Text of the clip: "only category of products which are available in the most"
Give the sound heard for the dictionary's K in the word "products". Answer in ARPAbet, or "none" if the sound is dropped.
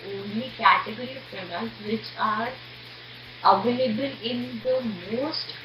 none